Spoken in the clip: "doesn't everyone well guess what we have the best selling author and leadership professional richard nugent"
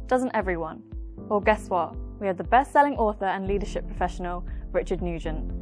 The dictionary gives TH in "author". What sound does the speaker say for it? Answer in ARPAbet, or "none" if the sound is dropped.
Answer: TH